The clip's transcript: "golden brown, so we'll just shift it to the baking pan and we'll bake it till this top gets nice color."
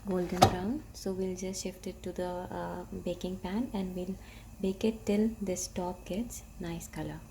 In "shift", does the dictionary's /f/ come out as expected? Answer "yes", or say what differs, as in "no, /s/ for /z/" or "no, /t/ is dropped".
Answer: yes